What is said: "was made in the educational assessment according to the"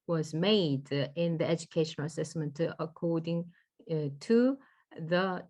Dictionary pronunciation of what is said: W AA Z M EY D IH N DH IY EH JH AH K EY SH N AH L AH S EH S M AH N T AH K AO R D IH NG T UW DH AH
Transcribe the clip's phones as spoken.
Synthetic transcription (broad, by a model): W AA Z M EY D IH N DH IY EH JH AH K EY SH AH N AH S EH S M AH N T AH K AO D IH NG T UW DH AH